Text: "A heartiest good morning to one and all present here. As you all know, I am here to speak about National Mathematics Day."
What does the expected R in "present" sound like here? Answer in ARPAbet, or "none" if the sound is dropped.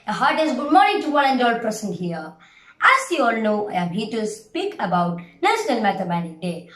none